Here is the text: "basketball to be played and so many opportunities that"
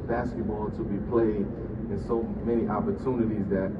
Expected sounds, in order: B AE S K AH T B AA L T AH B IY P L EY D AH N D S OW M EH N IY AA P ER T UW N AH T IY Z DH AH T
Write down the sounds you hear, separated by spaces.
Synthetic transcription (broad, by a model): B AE S K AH T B AA L T AH B IY P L EY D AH N S OW M EH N IY AA P ER T UW N AH T IY Z DH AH T